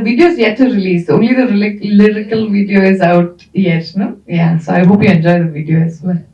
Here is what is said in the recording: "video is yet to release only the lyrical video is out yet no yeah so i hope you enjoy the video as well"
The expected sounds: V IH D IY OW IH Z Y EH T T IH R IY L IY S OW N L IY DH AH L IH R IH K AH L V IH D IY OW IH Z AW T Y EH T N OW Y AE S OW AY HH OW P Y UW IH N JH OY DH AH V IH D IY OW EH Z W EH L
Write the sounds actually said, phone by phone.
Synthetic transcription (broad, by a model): V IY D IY OW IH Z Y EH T T IH R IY L IY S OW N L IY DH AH L IH R IH K AH L V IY D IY OW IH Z AW T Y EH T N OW Y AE S OW AY HH OW P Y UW IH N JH OY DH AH V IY D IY OW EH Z